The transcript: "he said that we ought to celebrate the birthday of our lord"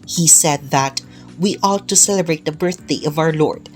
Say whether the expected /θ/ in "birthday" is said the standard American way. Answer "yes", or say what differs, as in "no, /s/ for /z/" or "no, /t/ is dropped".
yes